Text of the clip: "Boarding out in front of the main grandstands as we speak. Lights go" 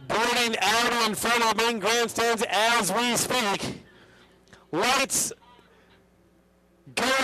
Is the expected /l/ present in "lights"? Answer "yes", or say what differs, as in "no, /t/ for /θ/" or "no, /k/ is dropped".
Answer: no, /w/ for /l/